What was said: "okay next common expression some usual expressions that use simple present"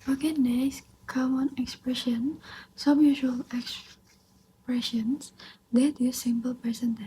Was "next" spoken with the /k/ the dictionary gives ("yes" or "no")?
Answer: no